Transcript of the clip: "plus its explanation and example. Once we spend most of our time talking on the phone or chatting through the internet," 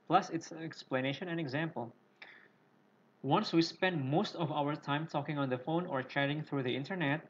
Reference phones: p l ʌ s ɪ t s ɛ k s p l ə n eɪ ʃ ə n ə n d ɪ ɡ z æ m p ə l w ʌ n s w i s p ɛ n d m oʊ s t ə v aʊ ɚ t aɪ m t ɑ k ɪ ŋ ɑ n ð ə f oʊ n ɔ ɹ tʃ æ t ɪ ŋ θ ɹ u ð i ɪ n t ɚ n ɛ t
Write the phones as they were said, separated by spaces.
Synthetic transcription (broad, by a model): p l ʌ s ɪ t s ɛ k s p l ə n eɪ ʃ ə n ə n ɪ ɡ z æ m p ə l w ʌ n s w i s p ɛ n d m oʊ s t ə v aʊ ɚ t aɪ m t ɑ k ɪ ŋ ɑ n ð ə f oʊ n ɔ ɹ tʃ æ t ɪ ŋ θ ɹ u ð i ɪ n t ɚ n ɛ t